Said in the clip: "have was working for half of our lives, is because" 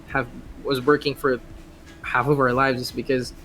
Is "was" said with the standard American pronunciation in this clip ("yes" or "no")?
yes